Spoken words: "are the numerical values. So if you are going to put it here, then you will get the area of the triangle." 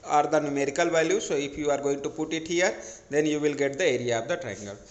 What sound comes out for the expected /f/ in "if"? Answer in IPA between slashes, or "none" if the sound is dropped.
/p/